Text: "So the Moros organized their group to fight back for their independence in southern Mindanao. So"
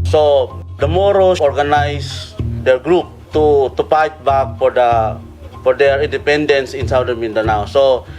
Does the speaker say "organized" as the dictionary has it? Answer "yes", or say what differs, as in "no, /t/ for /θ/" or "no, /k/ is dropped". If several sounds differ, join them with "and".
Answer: no, /s/ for /z/